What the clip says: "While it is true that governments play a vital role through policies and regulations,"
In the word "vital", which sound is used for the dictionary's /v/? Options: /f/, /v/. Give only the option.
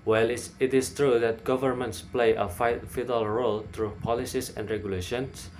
/f/